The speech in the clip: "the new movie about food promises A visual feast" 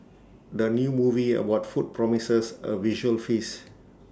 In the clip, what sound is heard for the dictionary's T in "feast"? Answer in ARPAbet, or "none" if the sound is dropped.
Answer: none